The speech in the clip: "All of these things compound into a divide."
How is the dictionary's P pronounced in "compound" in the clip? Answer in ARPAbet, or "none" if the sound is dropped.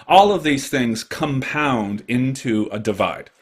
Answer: P